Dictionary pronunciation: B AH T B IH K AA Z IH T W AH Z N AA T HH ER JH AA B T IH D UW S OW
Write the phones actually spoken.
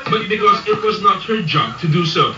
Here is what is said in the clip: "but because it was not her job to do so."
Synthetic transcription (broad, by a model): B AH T B IH K AA Z IH T W AH Z N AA T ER JH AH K T IH D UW S OW